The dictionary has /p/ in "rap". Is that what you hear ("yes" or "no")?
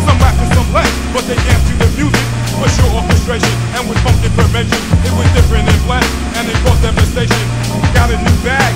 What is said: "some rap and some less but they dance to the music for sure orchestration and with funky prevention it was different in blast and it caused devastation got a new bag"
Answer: no